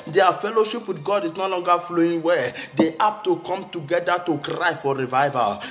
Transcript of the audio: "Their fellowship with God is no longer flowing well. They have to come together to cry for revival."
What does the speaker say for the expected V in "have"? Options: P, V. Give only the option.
P